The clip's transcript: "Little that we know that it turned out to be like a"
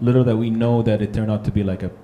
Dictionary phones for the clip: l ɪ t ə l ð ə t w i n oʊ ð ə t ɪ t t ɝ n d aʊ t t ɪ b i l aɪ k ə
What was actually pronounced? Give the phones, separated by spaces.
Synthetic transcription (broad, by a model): l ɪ t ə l ð ə t w i n oʊ ð ə t ɪ t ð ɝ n aʊ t t ɪ b i l aɪ k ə